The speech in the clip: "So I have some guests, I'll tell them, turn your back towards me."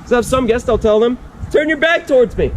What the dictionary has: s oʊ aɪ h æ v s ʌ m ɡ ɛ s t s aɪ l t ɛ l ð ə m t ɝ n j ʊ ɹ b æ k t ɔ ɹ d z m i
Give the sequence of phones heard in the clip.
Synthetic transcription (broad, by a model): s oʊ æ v s ʌ m ɡ ɛ s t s aɪ l t ɛ l ð ə m t ɝ n j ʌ ɹ b æ k t ɔ ɹ d z m i